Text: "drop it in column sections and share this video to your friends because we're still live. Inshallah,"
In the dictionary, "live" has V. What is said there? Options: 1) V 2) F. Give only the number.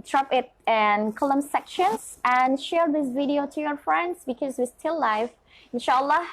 2